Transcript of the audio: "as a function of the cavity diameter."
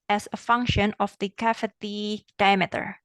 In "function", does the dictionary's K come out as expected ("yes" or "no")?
yes